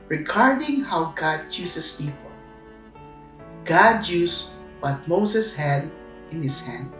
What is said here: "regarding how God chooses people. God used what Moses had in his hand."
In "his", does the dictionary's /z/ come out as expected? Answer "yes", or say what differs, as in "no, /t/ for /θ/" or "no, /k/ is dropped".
no, /s/ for /z/